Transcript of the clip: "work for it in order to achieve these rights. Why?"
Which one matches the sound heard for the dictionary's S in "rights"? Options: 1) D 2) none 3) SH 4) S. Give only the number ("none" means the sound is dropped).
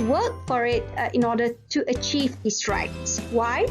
4